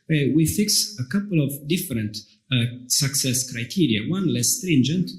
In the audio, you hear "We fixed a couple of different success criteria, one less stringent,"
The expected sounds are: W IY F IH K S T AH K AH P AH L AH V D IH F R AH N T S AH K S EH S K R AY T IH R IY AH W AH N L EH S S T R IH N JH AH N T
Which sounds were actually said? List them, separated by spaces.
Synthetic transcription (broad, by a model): W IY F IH K S AH K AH P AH L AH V D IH F R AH N T S AH K S EH S K R AY T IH R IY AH W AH N L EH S S T R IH N JH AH N T